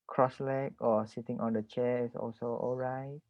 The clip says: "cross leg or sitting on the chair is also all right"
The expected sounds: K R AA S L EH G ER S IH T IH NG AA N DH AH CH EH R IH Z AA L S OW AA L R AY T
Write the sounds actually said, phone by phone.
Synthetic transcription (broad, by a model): K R AA S L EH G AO S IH T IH NG AA N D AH CH EH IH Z AA L S OW AA L R AY T